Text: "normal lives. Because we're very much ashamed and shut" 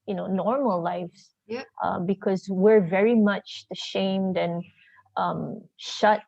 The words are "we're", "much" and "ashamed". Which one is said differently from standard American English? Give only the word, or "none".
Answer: none